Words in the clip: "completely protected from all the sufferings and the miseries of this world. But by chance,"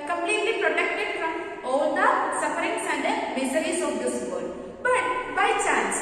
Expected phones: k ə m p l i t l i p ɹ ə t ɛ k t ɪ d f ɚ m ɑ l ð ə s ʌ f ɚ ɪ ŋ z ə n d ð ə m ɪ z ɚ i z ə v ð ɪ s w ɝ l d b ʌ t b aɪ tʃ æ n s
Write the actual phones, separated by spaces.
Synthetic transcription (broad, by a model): k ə m p l i t l i p ɹ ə t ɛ k t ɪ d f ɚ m ɑ l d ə s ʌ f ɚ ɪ ŋ s ə n d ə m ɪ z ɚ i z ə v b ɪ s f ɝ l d b ʌ t b aɪ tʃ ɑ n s